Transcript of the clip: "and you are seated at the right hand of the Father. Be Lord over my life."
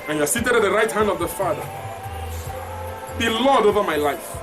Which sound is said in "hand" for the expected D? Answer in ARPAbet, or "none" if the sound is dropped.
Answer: D